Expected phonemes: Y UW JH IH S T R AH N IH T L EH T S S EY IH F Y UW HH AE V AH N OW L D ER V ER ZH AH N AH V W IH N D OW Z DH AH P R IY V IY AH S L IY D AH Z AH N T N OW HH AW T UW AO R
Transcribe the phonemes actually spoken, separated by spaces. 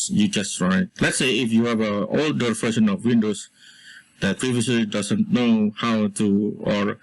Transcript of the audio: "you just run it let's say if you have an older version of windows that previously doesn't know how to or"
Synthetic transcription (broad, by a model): Y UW JH IH S T R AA IH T L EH T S S EY IH F Y UW HH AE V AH OW L D ER F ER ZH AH N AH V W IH N D OW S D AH P R IY V IY AH S L IY D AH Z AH N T N OW HH AW T UW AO R